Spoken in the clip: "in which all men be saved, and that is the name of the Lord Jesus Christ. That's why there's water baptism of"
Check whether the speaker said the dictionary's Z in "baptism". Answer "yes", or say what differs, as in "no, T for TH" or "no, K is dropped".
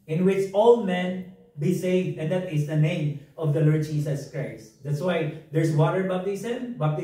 no, S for Z